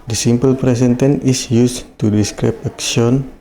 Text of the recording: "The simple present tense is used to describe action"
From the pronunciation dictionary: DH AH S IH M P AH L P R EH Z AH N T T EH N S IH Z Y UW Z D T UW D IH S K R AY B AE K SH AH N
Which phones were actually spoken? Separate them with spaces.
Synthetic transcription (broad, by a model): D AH S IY M P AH L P R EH S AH N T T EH N IH S Y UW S T UW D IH S K R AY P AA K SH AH N